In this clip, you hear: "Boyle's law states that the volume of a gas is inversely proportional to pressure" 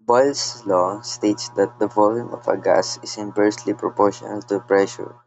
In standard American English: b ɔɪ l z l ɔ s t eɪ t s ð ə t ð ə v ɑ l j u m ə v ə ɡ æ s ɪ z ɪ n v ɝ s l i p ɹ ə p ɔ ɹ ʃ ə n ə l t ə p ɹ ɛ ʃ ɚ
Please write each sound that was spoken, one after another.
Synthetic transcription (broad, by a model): b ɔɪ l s l ɔ s t eɪ t s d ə t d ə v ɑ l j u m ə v ə ɡ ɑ s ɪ s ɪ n p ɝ s l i p ɹ ə p ɔ ɹ ʃ ə n ə l t ə p ɹ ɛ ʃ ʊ